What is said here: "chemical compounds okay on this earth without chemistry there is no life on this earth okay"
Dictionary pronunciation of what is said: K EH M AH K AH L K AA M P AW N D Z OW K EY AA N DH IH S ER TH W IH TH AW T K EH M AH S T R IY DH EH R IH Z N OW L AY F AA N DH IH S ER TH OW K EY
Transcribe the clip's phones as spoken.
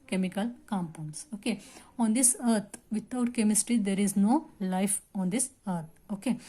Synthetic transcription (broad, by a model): K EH M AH K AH L K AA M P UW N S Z OW K EY AA N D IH S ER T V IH T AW T K EH M AH S T R IY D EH R IH Z N OW L AY F AA N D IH S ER T OW K EY